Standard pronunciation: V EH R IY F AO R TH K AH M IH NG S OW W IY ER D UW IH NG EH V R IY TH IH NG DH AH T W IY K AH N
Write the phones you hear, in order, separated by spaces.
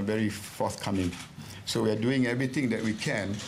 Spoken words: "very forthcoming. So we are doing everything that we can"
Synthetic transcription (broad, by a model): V EH R IY F AO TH K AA M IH NG S OW W IY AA D UW IH NG EH V R IY T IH NG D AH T W IY K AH N